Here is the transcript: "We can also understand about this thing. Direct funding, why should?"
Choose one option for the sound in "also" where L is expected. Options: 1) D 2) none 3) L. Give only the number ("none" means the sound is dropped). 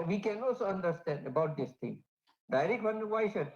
2